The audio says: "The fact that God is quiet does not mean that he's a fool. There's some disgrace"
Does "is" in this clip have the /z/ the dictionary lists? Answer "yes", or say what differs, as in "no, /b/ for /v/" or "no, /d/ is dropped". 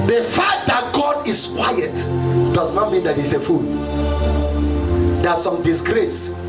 no, /s/ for /z/